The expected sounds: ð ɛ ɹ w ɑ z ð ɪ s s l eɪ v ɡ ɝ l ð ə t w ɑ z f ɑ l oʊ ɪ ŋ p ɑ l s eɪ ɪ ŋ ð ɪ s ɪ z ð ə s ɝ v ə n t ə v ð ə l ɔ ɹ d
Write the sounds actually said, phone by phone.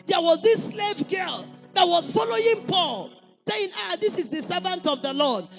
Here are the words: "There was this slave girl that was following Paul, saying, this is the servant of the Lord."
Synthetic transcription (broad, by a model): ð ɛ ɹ w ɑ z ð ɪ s s l eɪ v ɡ ɝ l ð ə t w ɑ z f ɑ l oʊ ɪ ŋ p ɑ l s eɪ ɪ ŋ ð ɪ s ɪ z ð ə s ɝ v ə n t ə v ð ə l ɔ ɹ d